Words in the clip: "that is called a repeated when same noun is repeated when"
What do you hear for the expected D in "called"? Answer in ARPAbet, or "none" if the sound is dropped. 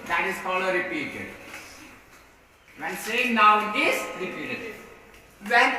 none